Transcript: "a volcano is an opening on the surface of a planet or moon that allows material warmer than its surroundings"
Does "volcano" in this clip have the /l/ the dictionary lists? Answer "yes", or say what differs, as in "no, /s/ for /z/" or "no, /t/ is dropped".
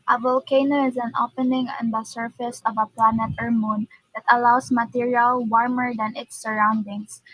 yes